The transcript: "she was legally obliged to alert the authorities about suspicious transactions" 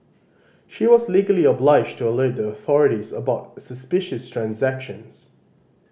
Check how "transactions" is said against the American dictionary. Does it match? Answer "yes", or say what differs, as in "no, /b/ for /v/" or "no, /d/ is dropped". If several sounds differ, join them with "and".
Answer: yes